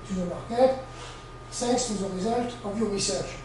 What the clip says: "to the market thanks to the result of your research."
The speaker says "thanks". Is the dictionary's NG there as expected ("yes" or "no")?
no